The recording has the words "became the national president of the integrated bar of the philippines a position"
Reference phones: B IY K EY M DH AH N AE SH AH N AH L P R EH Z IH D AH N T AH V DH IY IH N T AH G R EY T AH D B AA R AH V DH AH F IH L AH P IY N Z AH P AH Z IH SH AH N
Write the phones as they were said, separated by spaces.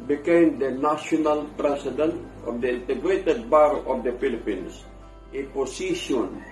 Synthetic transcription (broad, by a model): B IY K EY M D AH N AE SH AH N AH L P R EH S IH D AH N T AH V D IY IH N T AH G R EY T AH D B AA R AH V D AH F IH L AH P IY N S AH P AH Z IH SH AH N